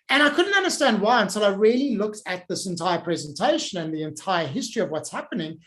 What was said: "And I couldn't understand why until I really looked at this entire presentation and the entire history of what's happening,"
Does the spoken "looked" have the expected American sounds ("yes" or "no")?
yes